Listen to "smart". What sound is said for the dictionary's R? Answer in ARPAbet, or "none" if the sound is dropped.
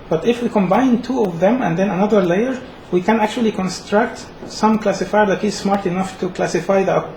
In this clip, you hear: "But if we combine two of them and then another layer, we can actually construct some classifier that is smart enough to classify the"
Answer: R